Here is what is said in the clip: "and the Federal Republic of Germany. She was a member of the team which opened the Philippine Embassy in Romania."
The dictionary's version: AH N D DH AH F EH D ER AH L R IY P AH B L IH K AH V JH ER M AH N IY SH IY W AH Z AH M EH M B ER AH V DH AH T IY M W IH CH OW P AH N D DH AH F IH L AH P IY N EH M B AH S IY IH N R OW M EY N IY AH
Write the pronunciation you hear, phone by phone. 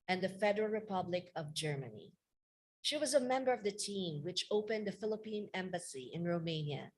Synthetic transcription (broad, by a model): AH N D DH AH F EH D ER AH L R IY P AH B L IH K AH V JH ER M AH N IY SH IY W AH Z AH M EH M B ER AH V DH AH T IY M W IH CH OW P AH N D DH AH F IH L AH P IY N EH M B AH S IY IH N R OW M EY N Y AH